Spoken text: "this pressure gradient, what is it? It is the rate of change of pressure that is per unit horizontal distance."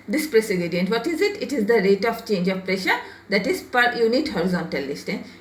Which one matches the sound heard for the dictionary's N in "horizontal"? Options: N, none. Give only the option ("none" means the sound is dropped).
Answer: N